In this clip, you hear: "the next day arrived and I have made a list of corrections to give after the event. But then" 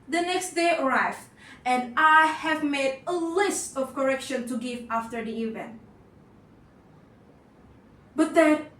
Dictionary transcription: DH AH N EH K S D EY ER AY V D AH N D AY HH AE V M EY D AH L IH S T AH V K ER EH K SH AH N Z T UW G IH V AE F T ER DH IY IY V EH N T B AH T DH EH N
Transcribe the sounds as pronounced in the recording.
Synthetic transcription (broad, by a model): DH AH N EH K S D EY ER AY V AH N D AY HH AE V M EY D AH L IH S T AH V K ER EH K SH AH N T UW G IH V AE F T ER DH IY IY V EH N T B AH T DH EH